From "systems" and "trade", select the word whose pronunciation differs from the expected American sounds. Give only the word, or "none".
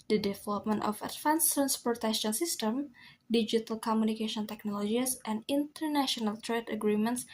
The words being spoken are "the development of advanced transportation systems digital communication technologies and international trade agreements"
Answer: systems